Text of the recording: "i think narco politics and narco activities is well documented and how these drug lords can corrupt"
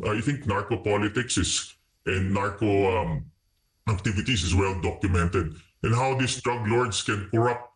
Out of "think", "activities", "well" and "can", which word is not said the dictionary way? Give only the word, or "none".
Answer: activities